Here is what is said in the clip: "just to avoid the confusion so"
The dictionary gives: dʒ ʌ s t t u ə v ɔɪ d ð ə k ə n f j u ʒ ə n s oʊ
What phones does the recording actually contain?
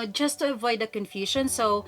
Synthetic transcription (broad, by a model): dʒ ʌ s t t u ə v ɔɪ d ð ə k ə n f j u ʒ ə n s oʊ